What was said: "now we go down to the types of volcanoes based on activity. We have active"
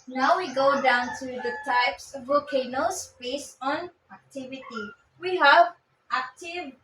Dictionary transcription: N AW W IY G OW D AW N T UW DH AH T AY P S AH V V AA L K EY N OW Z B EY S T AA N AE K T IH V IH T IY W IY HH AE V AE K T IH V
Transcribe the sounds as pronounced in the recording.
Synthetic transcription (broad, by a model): N AW W IY G OW D AW N T UW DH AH T AY P S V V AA K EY N OW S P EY S AA N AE K T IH V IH T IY W IY HH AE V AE K T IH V